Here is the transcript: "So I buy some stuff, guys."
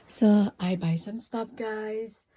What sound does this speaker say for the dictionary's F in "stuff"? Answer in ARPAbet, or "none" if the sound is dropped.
P